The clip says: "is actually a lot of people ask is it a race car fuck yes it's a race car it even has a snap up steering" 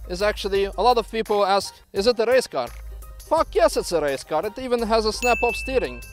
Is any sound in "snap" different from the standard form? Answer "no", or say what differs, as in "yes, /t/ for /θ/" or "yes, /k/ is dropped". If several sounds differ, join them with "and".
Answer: no